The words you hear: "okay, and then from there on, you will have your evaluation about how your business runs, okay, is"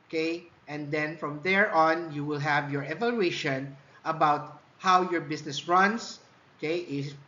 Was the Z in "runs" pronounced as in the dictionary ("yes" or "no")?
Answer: no